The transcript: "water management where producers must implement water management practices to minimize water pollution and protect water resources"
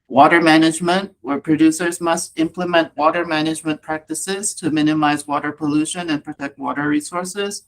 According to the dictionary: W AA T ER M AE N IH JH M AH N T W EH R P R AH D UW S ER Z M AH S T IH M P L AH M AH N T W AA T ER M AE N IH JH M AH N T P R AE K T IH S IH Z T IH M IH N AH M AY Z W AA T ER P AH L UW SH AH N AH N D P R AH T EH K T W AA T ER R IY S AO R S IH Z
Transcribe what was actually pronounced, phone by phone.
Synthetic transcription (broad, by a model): W AA T ER M AE N IH JH M AH N T W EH R P R AH D UW S ER Z M AH S T IH M P L AH M AH N T W AA T ER M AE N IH JH M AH N P R AE K T IH S IH Z T IH M IH N AH M AY Z W AA T ER P AH L UW SH AH N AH N P R AH T EH K T W AA T ER R IY S AO R S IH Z